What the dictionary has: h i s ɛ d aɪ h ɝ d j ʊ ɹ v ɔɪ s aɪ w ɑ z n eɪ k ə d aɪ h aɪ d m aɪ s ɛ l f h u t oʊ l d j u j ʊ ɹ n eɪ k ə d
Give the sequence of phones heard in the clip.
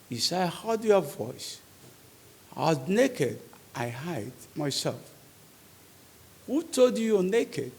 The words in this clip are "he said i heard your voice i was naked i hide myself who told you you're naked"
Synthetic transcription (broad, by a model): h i s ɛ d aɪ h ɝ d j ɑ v v ɔɪ s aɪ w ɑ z n eɪ k ə d aɪ h aɪ d m aɪ s ɛ l f h u t oʊ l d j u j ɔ n eɪ k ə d